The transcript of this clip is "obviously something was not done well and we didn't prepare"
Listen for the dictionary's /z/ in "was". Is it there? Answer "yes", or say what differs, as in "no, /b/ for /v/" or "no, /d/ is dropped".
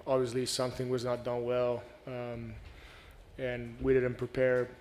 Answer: yes